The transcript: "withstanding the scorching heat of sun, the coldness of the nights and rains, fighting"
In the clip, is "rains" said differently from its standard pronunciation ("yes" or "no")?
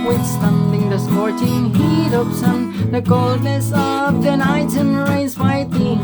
yes